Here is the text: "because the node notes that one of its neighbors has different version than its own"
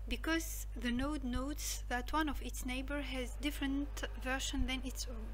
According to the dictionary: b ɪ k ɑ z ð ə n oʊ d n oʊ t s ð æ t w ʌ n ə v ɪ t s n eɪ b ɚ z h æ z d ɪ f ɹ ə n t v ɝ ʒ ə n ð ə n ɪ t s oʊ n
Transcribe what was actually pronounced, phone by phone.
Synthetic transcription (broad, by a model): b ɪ k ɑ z ð ə n oʊ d n oʊ t s ð æ t w ʌ n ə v ɪ t s n eɪ b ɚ h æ z d ɪ f ɹ ə n t v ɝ ʃ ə n ð ə n ɪ t s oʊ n